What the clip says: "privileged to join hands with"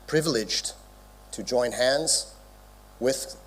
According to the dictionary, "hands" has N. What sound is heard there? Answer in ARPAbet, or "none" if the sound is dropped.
N